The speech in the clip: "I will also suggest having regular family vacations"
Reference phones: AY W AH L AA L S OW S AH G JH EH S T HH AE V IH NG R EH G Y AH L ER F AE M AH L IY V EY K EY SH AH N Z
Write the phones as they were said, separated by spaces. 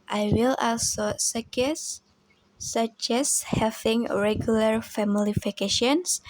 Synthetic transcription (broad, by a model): AY W AH L AA L S OW S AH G CH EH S HH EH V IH NG R EH G Y AH L ER F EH M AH L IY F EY K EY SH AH N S